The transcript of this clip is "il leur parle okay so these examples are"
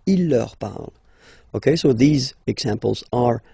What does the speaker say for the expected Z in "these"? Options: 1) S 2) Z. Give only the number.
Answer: 2